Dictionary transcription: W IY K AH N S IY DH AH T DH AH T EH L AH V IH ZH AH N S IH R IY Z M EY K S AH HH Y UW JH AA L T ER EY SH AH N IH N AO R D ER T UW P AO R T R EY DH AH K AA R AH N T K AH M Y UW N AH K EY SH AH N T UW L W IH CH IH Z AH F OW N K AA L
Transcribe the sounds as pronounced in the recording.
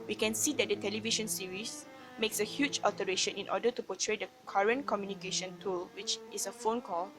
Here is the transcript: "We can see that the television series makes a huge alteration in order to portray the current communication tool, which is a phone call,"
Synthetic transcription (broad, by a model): W IY K AH N S IY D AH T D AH T EH L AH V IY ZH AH N S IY R IY S M EY K S AH HH Y UW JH AA L T ER EY SH AH N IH N AO D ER T UW P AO T R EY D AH K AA R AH N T K AH M Y UW N AH K EY SH AH N T UW L W IH CH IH S AH F OW N K AA L